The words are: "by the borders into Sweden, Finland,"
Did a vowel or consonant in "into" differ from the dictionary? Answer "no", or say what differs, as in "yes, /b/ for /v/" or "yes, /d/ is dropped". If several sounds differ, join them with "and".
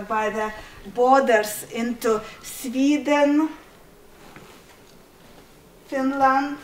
no